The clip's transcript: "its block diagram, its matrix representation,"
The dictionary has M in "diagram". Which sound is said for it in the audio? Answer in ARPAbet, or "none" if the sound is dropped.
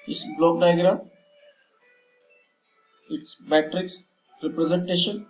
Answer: none